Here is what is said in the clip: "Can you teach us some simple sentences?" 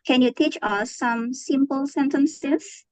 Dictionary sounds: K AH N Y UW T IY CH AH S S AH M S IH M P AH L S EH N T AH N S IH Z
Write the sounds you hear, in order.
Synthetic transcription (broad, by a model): K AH N Y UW T IY CH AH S S AH M S IH M P AH L S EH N T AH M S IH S